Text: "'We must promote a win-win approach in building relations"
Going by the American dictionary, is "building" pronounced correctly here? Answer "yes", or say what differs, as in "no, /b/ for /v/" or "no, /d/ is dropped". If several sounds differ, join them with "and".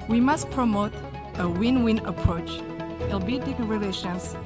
no, /l/ is dropped